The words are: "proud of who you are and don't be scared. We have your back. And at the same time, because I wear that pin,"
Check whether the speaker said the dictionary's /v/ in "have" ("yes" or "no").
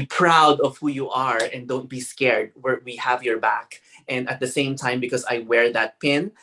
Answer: yes